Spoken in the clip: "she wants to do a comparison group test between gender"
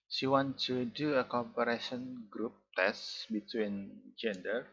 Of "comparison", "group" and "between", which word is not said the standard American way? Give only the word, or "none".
comparison